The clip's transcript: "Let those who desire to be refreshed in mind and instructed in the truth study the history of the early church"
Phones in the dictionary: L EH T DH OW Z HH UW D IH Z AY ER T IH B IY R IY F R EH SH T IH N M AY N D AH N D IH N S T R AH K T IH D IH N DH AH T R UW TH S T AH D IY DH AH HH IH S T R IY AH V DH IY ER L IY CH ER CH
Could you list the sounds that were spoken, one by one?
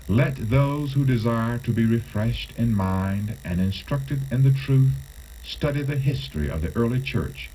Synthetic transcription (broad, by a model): L EH T DH OW Z HH UW D IH Z AY ER T IH B IY R IY F R EH SH T IH N M AY N D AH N IH N S T R AH K T IH D IH N DH AH T R UW TH S T AH D IY DH AH HH IH S T R IY AH V DH IY ER L IY CH ER CH